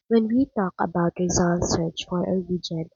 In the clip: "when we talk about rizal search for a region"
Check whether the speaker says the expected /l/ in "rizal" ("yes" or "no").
no